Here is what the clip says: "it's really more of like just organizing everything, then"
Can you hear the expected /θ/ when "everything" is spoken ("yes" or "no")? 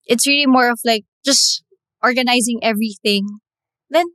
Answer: yes